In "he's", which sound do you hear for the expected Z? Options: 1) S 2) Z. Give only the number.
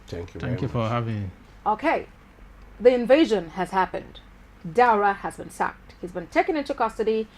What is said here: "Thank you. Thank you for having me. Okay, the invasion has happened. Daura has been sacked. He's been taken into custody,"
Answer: 2